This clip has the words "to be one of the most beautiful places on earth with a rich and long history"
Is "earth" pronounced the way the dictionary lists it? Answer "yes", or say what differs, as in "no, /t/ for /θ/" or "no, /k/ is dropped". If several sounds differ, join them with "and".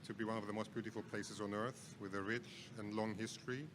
yes